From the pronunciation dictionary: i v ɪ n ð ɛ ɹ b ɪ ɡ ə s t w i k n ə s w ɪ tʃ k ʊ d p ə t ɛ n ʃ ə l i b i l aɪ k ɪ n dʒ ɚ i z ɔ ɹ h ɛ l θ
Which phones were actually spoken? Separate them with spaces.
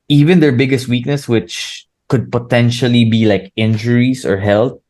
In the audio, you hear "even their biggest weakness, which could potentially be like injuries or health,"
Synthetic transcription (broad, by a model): i v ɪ n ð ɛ ɹ b ɪ ɡ ə s t w i k n ə s w ɪ tʃ k ʊ d p ə t ɛ n ʃ ə l i b i l aɪ k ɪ n dʒ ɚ i s ɔ ɹ h ɛ l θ